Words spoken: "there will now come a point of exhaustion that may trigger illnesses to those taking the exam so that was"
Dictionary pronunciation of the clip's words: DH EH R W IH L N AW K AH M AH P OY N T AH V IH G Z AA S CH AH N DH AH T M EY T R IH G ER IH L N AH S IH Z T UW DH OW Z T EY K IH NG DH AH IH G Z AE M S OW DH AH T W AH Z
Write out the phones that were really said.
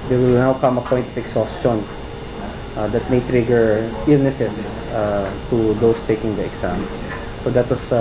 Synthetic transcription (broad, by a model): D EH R W IH L N AW K AH M AH P OY N T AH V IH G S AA S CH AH N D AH T M EY T R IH G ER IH L N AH S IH S T UW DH OW S T EY K IH NG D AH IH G S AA M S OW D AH T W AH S